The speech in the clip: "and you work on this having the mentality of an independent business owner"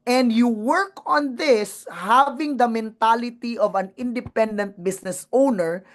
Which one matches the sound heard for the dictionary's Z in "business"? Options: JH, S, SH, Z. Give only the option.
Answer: S